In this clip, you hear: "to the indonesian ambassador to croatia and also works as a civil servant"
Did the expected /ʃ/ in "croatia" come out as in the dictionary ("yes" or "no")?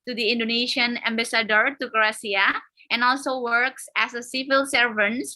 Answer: no